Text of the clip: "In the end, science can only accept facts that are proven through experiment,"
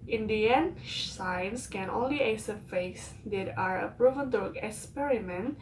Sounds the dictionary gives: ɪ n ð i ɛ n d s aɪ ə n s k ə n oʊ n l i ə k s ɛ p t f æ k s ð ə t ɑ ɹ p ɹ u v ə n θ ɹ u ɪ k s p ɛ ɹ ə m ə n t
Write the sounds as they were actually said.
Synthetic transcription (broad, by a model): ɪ n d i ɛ n s aɪ ə n s k ə n oʊ n l i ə s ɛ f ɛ s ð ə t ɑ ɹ p ɹ u v ə n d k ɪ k s p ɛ ɹ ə m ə n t